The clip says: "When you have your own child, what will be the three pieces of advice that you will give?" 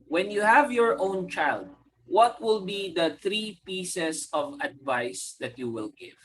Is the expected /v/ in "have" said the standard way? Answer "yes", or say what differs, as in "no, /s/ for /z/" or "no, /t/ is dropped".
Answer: yes